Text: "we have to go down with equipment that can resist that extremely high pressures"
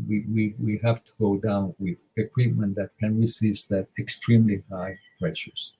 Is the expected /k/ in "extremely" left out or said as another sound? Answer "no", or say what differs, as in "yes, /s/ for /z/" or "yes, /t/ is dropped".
no